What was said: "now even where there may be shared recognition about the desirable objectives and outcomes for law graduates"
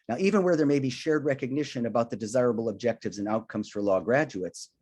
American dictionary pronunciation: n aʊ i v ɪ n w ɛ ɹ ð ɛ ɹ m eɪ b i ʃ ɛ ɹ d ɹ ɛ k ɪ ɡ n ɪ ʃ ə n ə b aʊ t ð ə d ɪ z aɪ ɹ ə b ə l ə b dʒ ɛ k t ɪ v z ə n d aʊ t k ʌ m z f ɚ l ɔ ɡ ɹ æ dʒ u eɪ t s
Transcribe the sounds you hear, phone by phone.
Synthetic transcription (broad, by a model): n aʊ i v ɪ n w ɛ ɹ ð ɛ ɹ m eɪ b i ʃ ɛ ɹ d ɹ ɛ k ɪ ɡ n ɪ ʃ ə n ə b aʊ t ð ə d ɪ z aɪ ɹ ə b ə l ə b dʒ ɛ k t ɪ v z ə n aʊ t k ʌ m z f ɚ l ɔ ɡ ɹ æ dʒ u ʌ t s